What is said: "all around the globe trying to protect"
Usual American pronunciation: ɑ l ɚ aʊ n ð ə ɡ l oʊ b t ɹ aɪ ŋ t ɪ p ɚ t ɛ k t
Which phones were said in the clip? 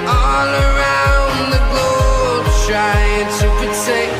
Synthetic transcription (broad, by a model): ɑ l ɚ aʊ n ð ə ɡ oʊ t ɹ aɪ t ɪ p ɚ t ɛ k